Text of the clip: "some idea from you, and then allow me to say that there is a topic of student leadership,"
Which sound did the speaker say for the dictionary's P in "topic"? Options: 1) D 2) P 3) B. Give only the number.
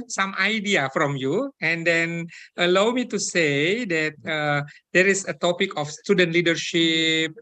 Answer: 2